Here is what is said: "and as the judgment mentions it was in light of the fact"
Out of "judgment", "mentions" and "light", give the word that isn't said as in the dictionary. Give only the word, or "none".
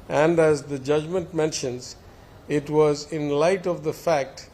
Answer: none